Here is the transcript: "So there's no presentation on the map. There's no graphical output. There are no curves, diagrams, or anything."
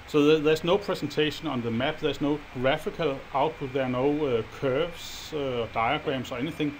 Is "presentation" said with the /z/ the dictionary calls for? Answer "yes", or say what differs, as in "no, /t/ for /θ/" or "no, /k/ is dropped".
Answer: no, /s/ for /z/